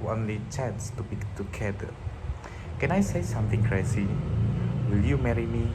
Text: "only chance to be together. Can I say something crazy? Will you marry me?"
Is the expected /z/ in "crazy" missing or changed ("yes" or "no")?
yes